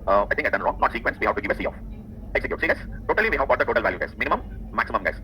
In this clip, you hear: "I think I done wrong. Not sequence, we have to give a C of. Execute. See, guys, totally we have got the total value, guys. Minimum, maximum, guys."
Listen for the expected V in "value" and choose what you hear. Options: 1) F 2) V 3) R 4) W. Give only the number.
2